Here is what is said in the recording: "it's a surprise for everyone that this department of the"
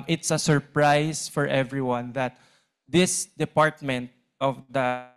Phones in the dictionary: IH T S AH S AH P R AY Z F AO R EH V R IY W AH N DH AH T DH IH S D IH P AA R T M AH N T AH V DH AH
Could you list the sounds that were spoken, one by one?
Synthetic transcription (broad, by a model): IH T S AH S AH P R AY S F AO R EH V R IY W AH N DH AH T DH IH S D IH P AA R T M AH N T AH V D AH